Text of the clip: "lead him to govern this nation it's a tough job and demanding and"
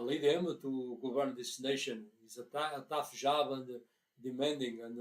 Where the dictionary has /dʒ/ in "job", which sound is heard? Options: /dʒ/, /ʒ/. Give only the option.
/ʒ/